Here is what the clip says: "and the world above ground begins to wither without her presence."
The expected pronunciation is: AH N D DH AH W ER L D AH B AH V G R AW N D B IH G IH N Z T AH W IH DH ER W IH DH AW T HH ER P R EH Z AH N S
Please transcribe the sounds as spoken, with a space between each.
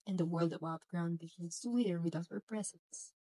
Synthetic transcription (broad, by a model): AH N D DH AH W ER L D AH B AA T G R AW N D B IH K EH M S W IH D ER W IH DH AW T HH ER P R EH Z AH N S